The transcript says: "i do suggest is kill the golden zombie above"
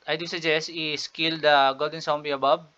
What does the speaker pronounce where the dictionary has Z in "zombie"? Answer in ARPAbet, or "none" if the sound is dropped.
S